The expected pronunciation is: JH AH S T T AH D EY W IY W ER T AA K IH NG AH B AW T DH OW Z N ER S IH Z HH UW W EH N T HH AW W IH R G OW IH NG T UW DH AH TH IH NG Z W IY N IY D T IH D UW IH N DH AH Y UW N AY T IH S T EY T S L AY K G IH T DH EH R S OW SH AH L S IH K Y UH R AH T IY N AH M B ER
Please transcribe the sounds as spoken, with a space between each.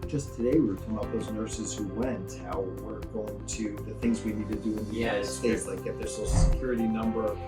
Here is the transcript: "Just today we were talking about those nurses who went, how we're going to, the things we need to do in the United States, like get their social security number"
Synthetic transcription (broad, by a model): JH AH S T T AH D EY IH W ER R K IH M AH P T DH OW Z N ER S IH Z HH UW W EH N T HH AW W IH R G OW IH NG T UW DH AH TH IH NG Z W IY N IY D T IH D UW IH N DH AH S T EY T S L AY K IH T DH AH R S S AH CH S IH K Y UH R AH T IY N AH M B ER